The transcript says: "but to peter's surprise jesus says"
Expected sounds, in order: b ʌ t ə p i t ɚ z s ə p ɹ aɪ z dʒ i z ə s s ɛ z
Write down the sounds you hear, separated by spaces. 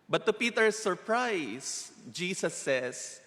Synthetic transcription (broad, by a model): b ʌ t ə p i t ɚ s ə p ɹ aɪ s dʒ i s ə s s ɛ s